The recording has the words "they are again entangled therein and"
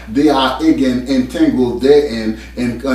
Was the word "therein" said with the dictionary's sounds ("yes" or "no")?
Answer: no